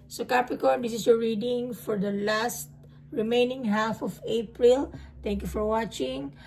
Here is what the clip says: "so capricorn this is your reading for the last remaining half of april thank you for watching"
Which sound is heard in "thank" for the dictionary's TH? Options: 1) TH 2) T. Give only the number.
2